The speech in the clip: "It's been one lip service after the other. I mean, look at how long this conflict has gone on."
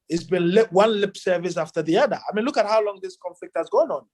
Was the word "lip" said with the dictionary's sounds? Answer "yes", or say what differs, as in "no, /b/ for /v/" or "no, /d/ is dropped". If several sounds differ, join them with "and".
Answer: yes